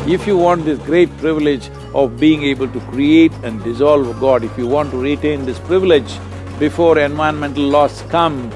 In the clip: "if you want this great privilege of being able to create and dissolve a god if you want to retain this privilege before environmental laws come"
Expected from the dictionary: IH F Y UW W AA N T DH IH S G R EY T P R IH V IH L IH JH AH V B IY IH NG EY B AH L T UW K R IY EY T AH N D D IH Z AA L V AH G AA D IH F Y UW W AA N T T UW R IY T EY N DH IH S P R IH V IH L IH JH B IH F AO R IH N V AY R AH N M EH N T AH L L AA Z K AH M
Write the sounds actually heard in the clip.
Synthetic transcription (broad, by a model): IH F Y UW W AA N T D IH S G R EY T P R IH V IH L IH JH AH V B IY IH NG EY B AH L T UW K R IY EY T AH N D D IH Z AA L V G AA D IH F Y UW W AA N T T UW R IY T EY N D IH S P R IH V IH L IH JH B IH F AO R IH N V AY AH N M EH N T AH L L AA S K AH M